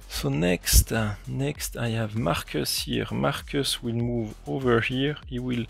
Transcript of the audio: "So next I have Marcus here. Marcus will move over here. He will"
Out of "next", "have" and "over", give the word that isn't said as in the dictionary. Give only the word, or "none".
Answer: none